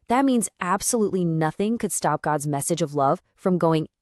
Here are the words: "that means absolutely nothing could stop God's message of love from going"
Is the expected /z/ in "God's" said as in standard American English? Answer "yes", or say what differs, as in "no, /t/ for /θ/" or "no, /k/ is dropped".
yes